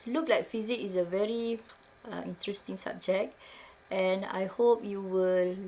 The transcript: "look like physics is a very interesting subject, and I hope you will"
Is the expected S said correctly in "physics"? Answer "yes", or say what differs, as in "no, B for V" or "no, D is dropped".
no, S is dropped